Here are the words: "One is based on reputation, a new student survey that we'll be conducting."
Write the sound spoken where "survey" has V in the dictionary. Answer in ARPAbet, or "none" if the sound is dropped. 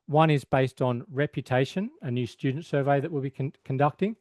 V